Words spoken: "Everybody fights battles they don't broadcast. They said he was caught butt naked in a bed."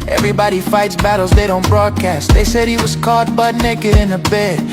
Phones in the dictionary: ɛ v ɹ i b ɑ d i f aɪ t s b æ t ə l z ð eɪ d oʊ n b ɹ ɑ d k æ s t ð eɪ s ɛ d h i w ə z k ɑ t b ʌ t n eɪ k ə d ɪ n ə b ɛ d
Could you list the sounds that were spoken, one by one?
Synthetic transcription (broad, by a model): ɛ v ɹ i b ɑ d i f aɪ t s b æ t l z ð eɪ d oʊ n b ɹ ɑ d k æ s t ð eɪ s ɛ d h i w ə z k ɑ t b ʌ t n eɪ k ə d ɪ n ə b ɛ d